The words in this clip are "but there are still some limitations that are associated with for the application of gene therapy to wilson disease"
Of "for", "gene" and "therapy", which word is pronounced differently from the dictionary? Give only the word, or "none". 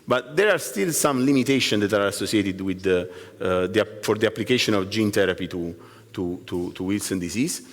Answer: therapy